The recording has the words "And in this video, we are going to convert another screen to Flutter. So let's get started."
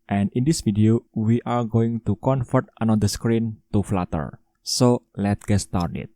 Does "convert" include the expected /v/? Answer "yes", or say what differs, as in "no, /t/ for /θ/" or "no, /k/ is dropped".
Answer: no, /f/ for /v/